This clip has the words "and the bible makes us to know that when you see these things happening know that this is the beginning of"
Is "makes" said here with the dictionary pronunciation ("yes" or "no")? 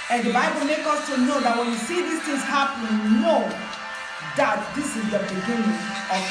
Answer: no